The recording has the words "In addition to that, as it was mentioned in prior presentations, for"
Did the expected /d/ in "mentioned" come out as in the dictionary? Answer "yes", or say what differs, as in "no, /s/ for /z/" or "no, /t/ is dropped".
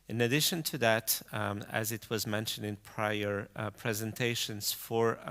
yes